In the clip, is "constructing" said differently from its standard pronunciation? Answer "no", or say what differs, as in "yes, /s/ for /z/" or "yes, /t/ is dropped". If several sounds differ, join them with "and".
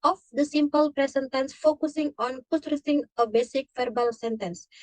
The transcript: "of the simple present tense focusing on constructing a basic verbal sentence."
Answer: yes, /n/ is dropped